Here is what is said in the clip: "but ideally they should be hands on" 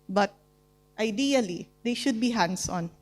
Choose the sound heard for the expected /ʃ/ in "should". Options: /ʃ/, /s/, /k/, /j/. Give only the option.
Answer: /ʃ/